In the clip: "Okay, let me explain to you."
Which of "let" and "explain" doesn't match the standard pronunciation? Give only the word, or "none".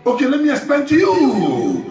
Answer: explain